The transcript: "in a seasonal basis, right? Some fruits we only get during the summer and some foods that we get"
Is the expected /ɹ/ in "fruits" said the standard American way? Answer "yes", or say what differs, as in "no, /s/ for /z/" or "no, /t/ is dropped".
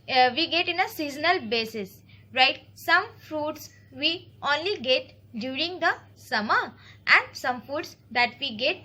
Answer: yes